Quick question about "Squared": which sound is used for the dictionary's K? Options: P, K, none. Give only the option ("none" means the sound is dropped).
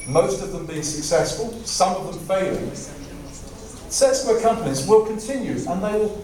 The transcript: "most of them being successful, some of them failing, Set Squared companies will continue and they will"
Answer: none